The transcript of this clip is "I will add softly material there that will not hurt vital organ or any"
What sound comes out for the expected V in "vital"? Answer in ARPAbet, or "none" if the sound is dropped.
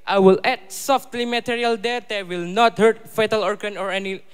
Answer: F